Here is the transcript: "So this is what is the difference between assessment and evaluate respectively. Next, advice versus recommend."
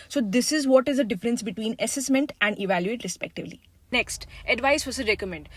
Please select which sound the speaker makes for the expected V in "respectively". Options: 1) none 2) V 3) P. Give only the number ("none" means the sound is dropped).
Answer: 2